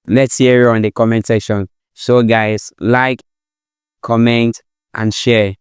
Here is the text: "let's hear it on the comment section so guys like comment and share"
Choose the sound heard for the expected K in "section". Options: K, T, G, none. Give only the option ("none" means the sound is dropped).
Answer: none